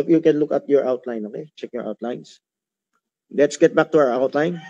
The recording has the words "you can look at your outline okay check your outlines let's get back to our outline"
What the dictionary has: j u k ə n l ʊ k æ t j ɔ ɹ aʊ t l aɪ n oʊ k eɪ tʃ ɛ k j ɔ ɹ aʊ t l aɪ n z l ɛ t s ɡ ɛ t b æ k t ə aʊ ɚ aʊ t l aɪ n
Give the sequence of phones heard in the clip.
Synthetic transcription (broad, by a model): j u k ə n l ʊ k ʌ t j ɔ ɹ aʊ t l aɪ n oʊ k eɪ tʃ ɛ k j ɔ ɹ aʊ t l aɪ n s l ɛ t s ɡ ɛ t b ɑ k t ə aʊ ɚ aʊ t l aɪ n